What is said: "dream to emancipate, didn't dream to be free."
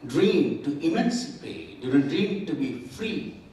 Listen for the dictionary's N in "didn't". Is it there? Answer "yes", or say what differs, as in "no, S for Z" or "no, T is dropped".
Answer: no, L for N